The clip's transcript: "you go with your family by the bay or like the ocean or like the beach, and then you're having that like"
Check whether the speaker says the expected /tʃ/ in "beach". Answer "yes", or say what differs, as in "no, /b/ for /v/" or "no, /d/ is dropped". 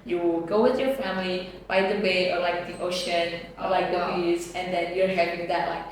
no, /s/ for /tʃ/